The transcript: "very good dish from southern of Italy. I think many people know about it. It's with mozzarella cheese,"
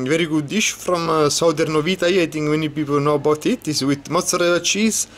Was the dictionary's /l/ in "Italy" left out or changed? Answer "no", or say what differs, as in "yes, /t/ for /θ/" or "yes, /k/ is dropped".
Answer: yes, /l/ is dropped